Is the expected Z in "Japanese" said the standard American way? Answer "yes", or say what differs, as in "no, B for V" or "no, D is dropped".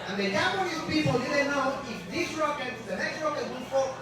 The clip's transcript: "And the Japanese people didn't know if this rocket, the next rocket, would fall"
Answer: no, Z is dropped